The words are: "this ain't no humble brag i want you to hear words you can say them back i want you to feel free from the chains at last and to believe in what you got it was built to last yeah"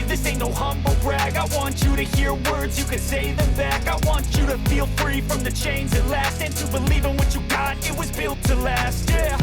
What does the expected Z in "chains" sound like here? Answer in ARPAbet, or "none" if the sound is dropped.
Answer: Z